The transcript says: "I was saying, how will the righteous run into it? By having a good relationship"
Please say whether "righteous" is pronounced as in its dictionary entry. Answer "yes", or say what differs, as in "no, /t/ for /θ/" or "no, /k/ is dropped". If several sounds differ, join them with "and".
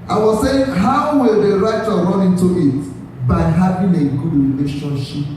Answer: no, /s/ is dropped